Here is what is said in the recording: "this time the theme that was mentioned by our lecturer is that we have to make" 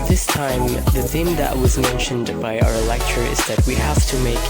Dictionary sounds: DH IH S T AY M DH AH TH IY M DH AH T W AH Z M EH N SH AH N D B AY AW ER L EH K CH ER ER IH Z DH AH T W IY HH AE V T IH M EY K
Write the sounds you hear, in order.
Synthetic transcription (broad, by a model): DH IH S T AY M DH AH TH IY M DH AH T W AH Z M EH N SH AH N D B AY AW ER L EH K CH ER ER IH Z DH AH T W IY HH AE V T IH M EY K